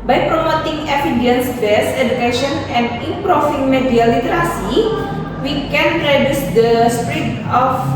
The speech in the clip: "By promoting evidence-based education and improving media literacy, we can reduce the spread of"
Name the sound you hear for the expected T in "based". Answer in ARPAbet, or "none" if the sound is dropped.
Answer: none